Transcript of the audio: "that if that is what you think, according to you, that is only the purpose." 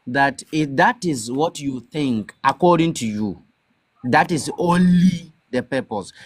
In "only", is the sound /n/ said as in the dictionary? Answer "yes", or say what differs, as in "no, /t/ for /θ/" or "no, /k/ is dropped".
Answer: yes